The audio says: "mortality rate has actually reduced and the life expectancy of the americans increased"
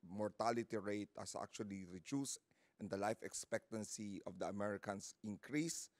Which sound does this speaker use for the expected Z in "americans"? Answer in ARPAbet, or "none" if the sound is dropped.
S